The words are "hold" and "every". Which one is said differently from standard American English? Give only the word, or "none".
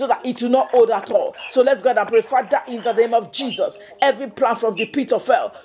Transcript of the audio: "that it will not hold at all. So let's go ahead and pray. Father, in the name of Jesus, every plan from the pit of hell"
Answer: hold